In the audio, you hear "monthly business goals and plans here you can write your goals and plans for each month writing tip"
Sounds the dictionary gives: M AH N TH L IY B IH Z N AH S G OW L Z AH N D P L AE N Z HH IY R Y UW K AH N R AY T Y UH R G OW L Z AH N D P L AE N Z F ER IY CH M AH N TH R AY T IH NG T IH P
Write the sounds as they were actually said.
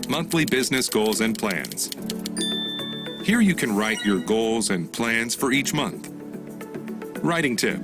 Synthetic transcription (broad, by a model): M AH N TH L IY B IH Z N AH S G OW L Z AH N P L AE N Z HH IY R Y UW K AH N R AY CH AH R G OW L Z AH N P L AE N Z F ER IY CH M AH N TH R AY T IH NG T IH P